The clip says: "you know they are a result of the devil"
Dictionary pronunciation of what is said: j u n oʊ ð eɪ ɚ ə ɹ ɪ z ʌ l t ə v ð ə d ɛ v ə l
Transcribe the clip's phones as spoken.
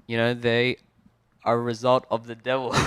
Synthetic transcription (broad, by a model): j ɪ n oʊ ð eɪ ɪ ə ɹ ɪ z ʌ l t ə v ð ə d ɛ v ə l